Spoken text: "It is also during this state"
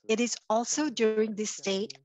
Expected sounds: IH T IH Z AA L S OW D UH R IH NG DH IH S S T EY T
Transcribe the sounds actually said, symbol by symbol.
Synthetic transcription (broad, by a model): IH T IH Z AA L S OW D UH R IH NG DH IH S S T EY T